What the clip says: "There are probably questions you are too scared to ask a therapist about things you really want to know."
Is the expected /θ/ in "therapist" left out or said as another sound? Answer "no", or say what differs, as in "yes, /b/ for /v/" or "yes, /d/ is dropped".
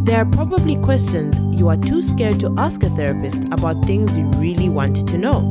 no